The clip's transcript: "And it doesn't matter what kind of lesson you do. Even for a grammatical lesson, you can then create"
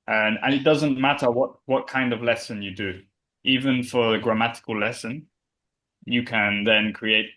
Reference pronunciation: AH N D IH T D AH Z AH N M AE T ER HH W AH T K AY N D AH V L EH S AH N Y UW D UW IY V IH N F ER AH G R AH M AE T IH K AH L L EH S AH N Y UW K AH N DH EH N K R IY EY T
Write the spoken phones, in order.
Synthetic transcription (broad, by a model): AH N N IH T D AH Z AH N M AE T ER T W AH T K AY N D AH V L EH S AH N Y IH D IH IY V IH N F ER AH G R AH M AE T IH K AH L L EH S AH N Y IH K AH N DH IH N K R IY EY T